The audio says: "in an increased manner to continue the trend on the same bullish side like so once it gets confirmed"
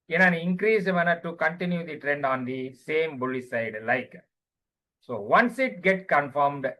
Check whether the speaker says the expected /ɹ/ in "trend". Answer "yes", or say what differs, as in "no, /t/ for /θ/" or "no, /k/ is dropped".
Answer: yes